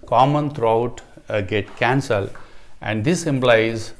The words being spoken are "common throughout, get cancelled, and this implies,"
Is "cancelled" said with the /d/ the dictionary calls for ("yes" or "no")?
no